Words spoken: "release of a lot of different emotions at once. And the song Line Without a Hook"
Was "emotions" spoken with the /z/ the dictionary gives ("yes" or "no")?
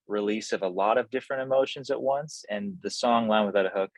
yes